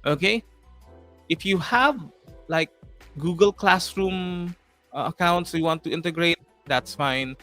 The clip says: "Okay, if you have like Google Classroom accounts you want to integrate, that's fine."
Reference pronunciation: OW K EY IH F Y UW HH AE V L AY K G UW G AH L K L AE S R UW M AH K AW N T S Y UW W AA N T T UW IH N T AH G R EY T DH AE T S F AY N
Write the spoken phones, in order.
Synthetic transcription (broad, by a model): OW K EY IH F Y UW HH AE V L AY K G UW G AH L K L AE S R UW M AH K AW N T S Y UW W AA N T T UW IH N T AH G R EY T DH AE T S F AY N